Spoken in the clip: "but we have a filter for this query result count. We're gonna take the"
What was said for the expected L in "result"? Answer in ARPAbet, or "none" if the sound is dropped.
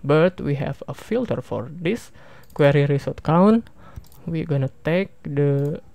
none